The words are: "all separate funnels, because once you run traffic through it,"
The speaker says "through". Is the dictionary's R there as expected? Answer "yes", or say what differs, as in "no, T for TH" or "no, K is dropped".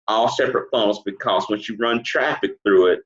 yes